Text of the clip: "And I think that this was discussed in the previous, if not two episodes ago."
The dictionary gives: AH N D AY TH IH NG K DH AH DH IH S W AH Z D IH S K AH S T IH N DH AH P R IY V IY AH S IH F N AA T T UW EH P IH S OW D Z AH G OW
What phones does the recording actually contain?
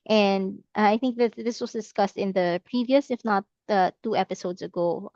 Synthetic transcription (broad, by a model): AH N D AY TH IH NG K DH AH DH IH S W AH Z D IH S K AH S T IH N DH AH P R IY V IY AH S IH F N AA T T UW EH P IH S OW D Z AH G OW